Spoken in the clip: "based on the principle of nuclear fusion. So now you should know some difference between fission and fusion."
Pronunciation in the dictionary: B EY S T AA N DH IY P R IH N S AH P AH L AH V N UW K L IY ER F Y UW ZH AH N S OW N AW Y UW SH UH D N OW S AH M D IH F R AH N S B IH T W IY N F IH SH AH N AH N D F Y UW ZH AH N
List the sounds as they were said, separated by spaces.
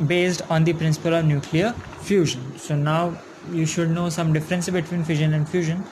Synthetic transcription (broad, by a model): B EY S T AA N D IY P R IH N S AH P AH L AH V N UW K L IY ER F Y UW ZH AH N S OW N AW Y UW SH UH D N OW S AH M D IH F R AH N S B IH T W IY N F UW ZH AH N AH N D F Y UW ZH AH N